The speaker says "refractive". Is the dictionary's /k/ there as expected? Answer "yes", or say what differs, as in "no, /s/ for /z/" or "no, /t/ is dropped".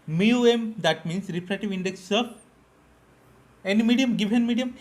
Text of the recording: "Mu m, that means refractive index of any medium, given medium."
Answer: no, /k/ is dropped